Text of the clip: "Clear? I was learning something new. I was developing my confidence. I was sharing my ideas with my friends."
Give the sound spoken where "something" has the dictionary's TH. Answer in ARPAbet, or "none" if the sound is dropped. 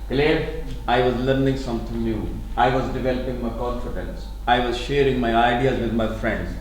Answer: T